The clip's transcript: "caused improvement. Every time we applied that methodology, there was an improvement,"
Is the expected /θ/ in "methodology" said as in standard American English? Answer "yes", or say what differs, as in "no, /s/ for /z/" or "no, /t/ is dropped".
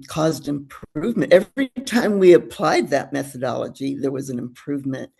yes